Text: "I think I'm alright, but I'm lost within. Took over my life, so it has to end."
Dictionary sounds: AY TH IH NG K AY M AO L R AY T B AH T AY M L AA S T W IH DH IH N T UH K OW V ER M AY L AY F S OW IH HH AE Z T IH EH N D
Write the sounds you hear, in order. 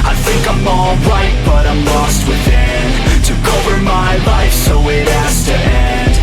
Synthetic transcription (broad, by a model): AY TH IH NG K AY M AO L R AY T B AH T AY M L AA S T W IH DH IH N T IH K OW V ER M AY L AY F S OW IH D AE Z T IH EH N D